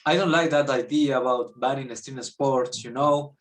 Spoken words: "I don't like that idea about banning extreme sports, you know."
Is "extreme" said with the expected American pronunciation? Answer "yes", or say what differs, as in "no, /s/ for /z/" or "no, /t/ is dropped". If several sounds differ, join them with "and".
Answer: no, /k/ is dropped and /ɹ/ is dropped